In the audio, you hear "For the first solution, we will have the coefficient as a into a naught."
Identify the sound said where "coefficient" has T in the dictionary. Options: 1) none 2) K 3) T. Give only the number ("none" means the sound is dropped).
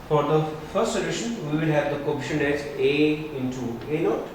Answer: 1